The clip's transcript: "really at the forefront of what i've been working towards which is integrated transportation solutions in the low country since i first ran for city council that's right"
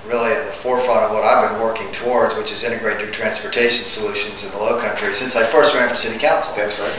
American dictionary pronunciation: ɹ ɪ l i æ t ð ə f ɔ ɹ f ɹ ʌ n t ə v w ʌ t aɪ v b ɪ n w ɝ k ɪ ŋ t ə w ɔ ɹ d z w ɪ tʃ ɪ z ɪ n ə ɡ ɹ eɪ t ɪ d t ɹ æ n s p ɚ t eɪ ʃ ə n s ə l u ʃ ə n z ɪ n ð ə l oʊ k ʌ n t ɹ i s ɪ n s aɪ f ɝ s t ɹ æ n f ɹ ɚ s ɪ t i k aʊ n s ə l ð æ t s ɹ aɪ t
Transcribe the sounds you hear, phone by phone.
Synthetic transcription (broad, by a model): ɹ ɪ l i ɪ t ð ə f ɔ ɹ f ɹ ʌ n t ə v w ʌ t aɪ v b ɪ n w ɝ k ɪ ŋ t ə w ɔ ɹ d z w ɪ tʃ ɪ z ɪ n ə ɡ ɹ eɪ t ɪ t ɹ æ n s p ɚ t eɪ ʃ n s ə l u ʃ ə n z ɪ n ð ə l oʊ k ʌ n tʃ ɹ i s ɪ n s aɪ f ɝ s t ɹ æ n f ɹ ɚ s ɪ t i k aʊ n s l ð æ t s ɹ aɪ